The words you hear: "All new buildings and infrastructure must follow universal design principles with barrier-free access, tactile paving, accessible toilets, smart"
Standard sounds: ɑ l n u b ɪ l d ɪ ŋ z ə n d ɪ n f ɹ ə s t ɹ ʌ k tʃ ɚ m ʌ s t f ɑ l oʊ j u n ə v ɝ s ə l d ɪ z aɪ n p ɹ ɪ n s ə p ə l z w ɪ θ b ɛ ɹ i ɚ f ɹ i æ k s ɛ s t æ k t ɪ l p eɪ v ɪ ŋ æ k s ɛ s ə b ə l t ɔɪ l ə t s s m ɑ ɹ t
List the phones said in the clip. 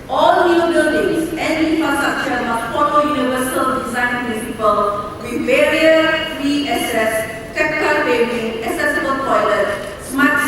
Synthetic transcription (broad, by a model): ɑ l n u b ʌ d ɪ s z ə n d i n f ɹ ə s t ɹ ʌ k tʃ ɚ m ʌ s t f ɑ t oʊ j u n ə v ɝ s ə l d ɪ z aɪ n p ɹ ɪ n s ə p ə l w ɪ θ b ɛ ɹ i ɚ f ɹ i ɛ s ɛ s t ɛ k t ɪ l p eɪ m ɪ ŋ æ k s ɛ s ə b ə l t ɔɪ l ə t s s m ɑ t